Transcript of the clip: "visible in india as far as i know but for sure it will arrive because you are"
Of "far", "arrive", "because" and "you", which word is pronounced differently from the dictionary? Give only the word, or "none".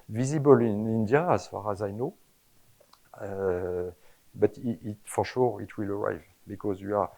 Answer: none